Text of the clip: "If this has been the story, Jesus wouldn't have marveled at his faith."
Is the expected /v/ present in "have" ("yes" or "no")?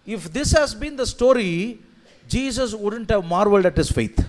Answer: yes